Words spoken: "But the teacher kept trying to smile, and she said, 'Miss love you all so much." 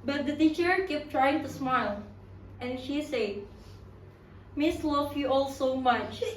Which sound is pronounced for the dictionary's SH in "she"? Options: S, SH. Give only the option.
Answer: SH